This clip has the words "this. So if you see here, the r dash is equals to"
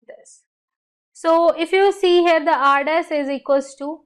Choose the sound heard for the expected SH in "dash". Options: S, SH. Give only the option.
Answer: S